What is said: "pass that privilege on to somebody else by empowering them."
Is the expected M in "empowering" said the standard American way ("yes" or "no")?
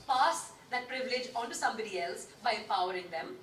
no